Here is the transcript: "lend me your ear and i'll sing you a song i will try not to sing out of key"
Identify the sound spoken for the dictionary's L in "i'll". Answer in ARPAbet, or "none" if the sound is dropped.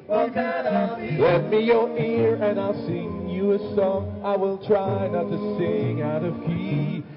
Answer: L